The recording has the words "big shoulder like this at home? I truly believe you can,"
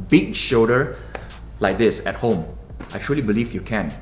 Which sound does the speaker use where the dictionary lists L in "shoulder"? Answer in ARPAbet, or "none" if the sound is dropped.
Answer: none